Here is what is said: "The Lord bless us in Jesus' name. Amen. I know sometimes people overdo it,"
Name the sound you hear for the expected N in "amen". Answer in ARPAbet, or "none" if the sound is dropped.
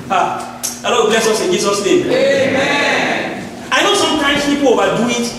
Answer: none